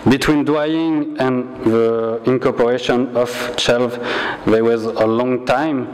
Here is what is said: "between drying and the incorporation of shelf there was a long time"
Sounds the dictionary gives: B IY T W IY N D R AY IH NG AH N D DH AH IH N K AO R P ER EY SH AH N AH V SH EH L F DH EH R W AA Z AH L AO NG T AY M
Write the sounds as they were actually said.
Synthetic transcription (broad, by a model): B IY T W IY N D W AY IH NG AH N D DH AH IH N K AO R P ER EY SH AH N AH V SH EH L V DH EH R W AA Z AH L AO NG T AY M